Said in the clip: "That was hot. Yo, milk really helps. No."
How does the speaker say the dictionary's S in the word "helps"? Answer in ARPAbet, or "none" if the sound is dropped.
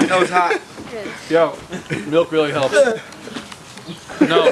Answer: none